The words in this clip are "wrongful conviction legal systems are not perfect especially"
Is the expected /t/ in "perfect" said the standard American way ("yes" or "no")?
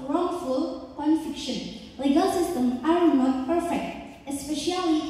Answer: yes